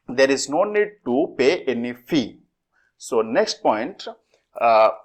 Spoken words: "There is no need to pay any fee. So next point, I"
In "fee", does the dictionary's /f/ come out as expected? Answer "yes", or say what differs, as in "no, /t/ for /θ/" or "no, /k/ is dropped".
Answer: yes